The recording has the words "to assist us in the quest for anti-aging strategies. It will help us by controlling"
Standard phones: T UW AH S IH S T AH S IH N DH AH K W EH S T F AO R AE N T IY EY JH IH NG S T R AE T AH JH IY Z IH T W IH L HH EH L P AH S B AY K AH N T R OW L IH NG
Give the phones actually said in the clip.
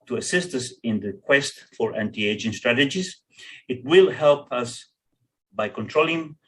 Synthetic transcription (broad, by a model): T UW AH S IH S T AH S IH N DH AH K W EH S T F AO R AE N T IY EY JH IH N S T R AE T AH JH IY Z IH T W IH L HH EH L P AH S B AY K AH N T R OW L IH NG